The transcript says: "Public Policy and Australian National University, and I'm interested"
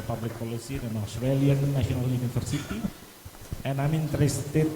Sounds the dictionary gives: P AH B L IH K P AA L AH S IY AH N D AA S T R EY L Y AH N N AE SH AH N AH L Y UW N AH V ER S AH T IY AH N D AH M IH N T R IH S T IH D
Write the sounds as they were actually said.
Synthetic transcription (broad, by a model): P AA B L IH K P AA L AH S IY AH N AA S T R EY L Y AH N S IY AH N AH L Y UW N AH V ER S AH T IY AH N AH M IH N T R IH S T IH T